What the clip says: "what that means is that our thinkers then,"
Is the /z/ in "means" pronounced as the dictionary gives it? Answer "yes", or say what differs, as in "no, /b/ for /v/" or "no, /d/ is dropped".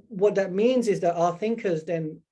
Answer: yes